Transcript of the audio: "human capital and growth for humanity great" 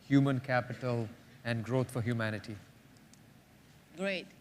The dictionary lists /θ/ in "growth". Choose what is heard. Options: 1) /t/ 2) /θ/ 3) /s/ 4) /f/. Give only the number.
1